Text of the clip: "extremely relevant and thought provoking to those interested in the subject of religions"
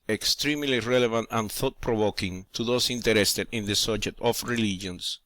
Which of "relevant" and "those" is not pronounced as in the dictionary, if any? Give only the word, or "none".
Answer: those